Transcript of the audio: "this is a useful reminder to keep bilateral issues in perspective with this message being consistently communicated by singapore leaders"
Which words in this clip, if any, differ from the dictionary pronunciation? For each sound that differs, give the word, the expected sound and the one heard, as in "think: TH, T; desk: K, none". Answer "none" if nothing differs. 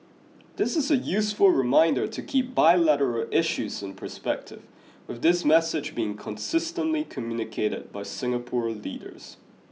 none